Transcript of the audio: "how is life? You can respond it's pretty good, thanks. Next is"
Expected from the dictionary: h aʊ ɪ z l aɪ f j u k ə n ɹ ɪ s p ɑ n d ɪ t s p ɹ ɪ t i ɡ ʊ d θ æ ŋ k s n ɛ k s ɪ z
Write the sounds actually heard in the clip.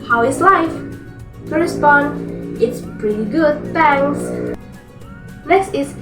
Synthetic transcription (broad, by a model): h aʊ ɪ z l aɪ f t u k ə ɹ ɪ s p ɑ n d ɪ t s p ɹ ɪ t i ɡ ʊ d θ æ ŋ s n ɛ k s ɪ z